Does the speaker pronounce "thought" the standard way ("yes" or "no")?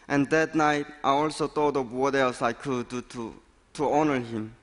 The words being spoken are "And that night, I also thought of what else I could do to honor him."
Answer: no